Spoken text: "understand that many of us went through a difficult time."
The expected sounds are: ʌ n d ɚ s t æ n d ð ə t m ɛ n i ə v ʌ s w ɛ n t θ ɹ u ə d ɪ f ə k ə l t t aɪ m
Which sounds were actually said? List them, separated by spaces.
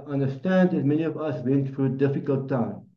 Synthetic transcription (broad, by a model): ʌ n d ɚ s t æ n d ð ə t m ɛ n i ə v ʌ s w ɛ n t f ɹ ə d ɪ f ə k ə l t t aɪ m